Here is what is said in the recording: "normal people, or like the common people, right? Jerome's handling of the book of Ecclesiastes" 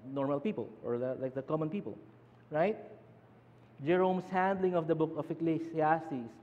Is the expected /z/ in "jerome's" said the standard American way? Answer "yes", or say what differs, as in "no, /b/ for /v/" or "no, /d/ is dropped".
no, /s/ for /z/